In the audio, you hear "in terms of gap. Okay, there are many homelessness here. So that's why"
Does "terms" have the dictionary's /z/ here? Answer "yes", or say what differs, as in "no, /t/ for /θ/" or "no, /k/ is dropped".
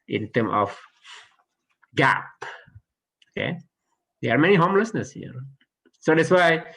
no, /z/ is dropped